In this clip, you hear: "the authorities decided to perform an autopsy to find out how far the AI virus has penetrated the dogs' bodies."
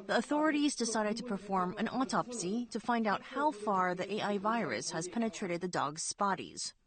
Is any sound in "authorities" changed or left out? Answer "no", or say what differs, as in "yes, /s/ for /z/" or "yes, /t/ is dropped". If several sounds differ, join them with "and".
no